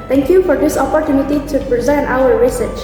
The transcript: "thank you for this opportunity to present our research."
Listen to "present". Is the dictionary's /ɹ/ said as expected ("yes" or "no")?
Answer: yes